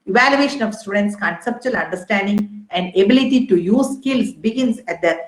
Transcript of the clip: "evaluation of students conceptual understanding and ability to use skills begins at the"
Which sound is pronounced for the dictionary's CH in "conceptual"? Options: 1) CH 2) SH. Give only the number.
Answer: 1